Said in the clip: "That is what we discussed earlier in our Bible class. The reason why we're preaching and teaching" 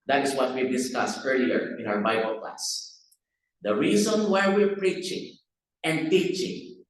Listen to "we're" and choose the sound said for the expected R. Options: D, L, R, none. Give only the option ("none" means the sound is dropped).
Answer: R